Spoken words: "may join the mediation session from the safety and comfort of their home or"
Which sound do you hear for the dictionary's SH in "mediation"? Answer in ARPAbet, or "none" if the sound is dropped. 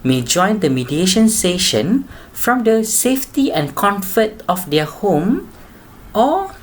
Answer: SH